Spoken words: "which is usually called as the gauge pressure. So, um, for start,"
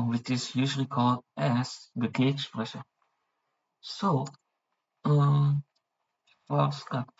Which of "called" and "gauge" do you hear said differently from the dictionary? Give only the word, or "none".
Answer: gauge